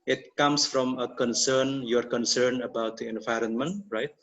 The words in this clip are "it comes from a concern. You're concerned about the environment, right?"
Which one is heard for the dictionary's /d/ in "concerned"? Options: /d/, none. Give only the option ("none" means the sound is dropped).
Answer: none